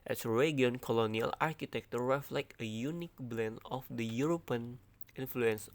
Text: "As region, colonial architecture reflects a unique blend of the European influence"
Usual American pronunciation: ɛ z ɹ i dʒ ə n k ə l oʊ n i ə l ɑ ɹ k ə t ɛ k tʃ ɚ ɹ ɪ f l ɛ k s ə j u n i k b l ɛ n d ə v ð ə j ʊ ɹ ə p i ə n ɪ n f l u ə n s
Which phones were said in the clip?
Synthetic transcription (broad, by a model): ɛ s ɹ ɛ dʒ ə n k ə l oʊ n i ə l ɑ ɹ k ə t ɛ k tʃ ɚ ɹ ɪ f l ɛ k ə j u n i k b l ɛ n d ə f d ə j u ɹ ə p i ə n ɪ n f l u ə n s